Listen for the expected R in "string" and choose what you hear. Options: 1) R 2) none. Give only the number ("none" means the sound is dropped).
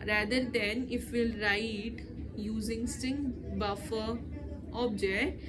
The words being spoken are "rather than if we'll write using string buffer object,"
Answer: 2